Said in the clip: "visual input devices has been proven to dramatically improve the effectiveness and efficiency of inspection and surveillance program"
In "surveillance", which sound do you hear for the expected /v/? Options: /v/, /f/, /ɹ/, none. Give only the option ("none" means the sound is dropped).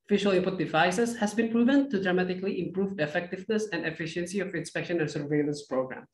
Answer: /v/